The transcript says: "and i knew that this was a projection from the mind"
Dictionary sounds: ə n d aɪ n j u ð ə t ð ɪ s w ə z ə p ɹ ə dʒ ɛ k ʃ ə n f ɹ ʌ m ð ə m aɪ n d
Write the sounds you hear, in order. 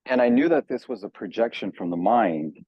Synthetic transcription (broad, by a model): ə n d aɪ n j u ð ə t ð ɪ s w ə z ə p ɹ ə dʒ ɛ k ʃ ə n f ɹ ʌ m ð ə m aɪ n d